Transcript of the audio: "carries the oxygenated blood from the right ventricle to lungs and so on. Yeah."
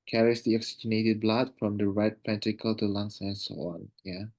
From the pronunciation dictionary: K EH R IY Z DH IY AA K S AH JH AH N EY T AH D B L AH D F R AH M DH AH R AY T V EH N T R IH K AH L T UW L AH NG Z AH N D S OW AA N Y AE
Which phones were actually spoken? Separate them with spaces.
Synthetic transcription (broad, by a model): K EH R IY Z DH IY AA K S AH JH AH N EY T AH D B L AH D F R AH M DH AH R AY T P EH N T IH K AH L T UW L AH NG S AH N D S OW AA N Y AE